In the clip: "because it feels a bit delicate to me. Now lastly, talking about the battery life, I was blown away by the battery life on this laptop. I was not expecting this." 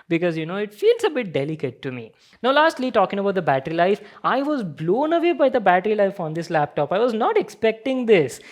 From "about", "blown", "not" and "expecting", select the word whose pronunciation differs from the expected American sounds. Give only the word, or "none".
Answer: none